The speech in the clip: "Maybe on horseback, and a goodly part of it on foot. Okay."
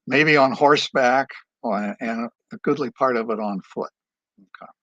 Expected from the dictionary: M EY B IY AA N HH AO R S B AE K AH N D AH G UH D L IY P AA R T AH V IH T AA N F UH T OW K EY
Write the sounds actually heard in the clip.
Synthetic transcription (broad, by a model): M EY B IY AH N HH AO R S B AE K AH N AH G UH D L IY P AA R T AH V IH T N F UH T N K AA